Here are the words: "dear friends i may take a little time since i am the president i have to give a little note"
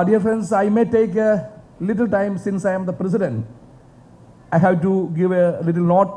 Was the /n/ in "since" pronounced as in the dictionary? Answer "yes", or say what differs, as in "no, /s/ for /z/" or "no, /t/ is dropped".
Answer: yes